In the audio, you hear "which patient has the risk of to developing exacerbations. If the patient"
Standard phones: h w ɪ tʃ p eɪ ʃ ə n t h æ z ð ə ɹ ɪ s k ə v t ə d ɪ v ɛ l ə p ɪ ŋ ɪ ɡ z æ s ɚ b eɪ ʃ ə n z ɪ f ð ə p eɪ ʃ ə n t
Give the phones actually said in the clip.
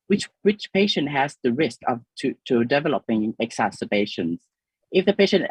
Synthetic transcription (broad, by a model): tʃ w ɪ tʃ p eɪ ʃ ə n t h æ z ð ə ɹ ɪ s k ə v t ə d ɪ v ɛ l ə p ɪ ŋ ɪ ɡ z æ s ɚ b eɪ ʃ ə n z ɪ f ð ə p eɪ ʃ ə n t